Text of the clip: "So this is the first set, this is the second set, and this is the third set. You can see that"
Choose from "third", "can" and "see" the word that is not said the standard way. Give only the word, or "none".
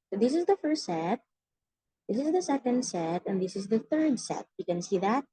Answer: none